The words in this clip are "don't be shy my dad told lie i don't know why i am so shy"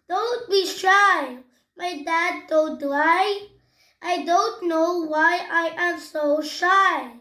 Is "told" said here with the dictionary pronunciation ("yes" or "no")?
no